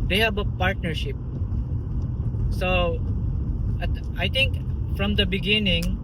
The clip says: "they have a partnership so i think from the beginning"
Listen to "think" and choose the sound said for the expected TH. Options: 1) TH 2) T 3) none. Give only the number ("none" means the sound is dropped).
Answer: 2